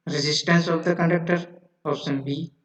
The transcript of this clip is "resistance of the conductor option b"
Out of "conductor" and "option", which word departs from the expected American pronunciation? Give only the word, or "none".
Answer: option